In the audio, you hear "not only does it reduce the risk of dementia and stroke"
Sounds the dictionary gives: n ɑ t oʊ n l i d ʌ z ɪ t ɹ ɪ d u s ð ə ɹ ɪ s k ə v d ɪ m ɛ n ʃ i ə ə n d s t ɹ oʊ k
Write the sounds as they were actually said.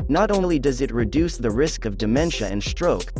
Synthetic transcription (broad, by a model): n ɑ t oʊ l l i d ʌ z ɪ t ɹ ɪ d u s ð ə ɹ ɪ s k ə v d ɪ m ɛ n ʃ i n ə n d s t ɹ oʊ k